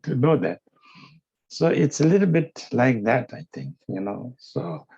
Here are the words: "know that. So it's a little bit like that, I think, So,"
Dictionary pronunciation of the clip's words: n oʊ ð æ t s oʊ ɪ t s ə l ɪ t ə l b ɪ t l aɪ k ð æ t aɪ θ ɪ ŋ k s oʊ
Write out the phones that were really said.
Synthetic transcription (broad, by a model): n oʊ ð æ t s oʊ ɪ t s ə l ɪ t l b ɪ t l aɪ k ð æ t aɪ t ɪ ŋ k s oʊ